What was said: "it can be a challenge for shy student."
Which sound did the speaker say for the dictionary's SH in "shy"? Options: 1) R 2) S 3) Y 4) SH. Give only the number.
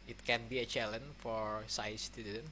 2